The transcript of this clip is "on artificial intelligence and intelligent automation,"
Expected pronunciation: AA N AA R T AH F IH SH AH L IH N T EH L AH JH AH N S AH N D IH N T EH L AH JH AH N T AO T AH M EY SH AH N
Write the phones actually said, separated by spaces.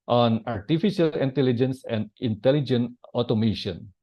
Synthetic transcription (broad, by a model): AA N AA R T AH F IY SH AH L IH N T EH L AH JH AH N S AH N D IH N T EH L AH JH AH N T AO T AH M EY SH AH N